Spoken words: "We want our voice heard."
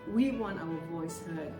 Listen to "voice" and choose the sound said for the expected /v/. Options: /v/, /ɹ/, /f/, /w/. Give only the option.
/v/